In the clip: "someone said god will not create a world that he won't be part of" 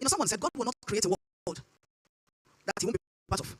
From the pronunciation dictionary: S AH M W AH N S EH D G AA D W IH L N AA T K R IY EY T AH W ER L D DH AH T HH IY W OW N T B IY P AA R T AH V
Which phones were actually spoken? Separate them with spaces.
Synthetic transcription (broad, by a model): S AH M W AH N S EH D G AA D W IH L N AA T K R IY EY T AH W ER D DH AH T HH IY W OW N B IY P AA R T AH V